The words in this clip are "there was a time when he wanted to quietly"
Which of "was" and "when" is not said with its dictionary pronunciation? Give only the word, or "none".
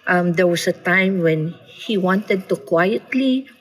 was